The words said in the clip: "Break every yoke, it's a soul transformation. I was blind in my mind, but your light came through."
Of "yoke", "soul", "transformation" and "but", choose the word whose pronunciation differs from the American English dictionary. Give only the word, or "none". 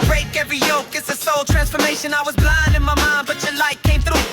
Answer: none